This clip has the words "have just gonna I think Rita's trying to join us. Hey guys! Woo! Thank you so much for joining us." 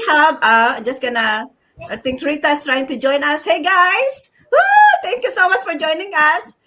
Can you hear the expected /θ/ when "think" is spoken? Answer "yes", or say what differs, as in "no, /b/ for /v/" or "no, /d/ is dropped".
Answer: no, /t/ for /θ/